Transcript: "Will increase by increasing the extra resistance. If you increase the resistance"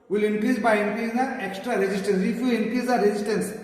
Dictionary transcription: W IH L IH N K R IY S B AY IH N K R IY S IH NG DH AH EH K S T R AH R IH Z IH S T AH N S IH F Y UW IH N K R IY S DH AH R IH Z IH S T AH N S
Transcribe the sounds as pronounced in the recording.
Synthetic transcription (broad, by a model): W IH L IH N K R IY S B AY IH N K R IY IH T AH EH K S T R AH R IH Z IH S T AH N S IH F Y UW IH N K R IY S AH R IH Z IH S T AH N S